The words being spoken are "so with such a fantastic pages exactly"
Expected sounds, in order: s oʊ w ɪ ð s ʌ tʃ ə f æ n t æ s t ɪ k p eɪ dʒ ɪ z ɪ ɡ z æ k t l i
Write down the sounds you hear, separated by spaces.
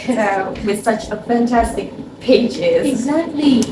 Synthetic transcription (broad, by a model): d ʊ w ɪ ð s ʌ tʃ ə f æ n t æ s t ɪ k p eɪ dʒ ɪ z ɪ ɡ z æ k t l i